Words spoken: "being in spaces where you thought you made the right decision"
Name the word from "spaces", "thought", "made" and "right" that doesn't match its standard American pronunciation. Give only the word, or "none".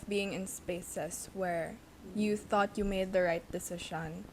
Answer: spaces